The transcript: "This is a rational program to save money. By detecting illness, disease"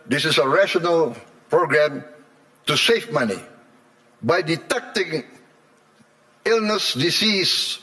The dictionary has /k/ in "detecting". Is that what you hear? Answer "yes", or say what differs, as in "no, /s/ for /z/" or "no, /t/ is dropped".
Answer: yes